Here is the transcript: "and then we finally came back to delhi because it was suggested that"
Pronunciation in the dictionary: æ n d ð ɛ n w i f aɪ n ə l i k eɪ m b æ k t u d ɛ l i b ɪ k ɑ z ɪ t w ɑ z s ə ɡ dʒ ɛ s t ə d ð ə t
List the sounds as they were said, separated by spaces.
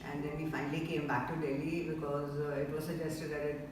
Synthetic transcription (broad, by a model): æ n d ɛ n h i f aɪ n ə l i k eɪ m b æ k t u d ɛ l i b ɪ k ɑ z ɪ t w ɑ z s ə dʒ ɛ s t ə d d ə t